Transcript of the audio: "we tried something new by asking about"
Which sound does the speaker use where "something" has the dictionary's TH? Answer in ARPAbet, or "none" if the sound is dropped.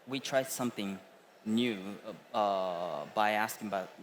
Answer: TH